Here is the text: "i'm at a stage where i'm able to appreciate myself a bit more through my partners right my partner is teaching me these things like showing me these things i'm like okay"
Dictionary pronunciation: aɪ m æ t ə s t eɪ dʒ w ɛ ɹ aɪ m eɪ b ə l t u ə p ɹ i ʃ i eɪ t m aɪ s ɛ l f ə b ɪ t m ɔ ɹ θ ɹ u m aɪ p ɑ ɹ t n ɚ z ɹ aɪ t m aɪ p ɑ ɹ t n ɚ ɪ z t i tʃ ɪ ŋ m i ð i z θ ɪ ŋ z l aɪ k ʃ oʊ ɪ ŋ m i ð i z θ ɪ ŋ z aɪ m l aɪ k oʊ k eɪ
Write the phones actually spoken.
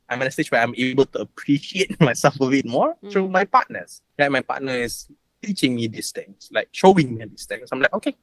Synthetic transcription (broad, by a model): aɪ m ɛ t ə s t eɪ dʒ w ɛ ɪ aɪ m eɪ b ə l t u ə p ɹ i ʃ i eɪ t m aɪ s ɛ l f ə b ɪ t m ɔ ɹ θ ɹ u m aɪ p ɑ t n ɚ s ɹ aɪ t m aɪ p ɑ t n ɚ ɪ s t i tʃ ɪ ŋ m i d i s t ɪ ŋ s l aɪ k ʃ oʊ ɪ ŋ m i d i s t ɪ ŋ s aɪ m l aɪ k oʊ k eɪ